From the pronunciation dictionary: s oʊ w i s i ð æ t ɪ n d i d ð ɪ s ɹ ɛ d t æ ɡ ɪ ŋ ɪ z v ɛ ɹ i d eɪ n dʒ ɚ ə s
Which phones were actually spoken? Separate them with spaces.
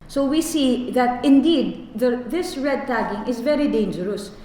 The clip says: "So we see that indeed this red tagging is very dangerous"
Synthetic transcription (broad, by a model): s oʊ w i s i ð æ t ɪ n d i d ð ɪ s ɹ ɛ d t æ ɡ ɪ ŋ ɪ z v ɛ ɹ i d eɪ n dʒ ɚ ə s